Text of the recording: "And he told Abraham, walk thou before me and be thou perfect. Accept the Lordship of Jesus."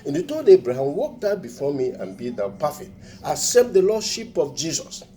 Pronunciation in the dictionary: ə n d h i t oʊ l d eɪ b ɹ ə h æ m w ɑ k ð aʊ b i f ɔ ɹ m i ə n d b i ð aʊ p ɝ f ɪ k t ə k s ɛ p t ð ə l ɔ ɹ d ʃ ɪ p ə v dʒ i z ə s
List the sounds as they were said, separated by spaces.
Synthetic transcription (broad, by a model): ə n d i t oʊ d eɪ b ɹ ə h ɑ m w ɑ k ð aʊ b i f ɔ m i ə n b i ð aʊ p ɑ f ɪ t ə s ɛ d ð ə l ɔ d ʃ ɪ p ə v dʒ i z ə s